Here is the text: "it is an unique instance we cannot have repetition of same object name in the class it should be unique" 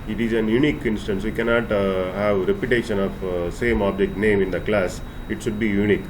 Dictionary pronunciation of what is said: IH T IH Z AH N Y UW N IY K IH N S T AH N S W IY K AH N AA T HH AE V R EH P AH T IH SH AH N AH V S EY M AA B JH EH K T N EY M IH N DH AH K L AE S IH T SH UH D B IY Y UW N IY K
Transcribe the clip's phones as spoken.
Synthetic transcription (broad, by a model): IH T IH Z AH N Y UW N IY K IH N S T AH N S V IY K AH N AA T HH AE V R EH P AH T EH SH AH N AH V S EY M AA B JH EH K T N EY M IH N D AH K L AE S IH T SH UH D B IY Y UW N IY K